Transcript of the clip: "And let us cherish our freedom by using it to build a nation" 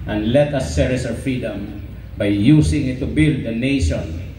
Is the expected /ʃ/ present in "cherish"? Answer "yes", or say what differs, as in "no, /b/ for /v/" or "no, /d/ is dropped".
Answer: no, /s/ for /ʃ/